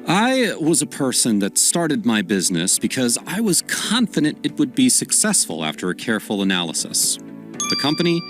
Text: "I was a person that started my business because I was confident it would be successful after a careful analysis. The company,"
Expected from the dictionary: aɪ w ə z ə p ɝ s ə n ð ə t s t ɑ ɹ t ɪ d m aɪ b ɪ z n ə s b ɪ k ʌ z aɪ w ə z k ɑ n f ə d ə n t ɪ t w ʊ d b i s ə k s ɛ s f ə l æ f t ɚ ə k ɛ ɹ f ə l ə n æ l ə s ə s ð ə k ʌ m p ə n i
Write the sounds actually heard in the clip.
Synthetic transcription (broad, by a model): aɪ w ə z ə p ɝ s ə n ð ə t s t ɑ ɹ t ɪ d m aɪ b ɪ z n ə s b ɪ k ʌ z aɪ w ə z k ɑ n f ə d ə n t ɪ t w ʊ d b i s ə k s ɛ s f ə l æ f t ɚ ə k ɛ ɹ f l ə n æ l ə s ə s ð ə k ʌ m p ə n i